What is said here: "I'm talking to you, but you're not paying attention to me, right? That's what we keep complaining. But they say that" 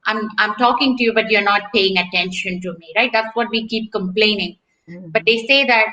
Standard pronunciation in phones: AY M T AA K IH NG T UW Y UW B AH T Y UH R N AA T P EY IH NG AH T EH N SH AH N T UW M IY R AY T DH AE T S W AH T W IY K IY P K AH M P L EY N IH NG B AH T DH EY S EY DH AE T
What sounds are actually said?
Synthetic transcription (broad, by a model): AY M T AA K IH NG T UW Y UW B AH T Y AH R N AA T P EY IH NG AH T EH N SH AH N T UW M IY R AY T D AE T S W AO T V IY K IY P K AH M P L EY N IH NG B AH T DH EY S EY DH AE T